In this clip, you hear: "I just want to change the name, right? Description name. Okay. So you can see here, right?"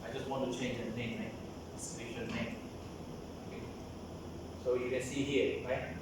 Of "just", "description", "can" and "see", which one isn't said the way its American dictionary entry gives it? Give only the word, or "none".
description